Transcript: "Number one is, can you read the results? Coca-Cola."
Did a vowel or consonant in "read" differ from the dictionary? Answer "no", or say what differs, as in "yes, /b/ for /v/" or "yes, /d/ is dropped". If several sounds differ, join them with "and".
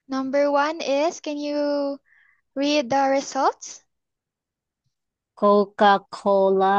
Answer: no